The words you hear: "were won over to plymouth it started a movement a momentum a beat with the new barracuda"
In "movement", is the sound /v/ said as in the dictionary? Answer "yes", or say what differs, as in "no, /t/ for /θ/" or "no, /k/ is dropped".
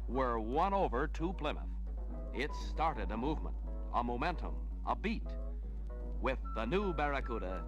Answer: yes